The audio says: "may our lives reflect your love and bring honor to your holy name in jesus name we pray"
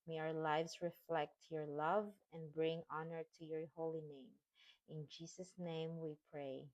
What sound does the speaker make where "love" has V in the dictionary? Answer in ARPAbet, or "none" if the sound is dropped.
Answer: V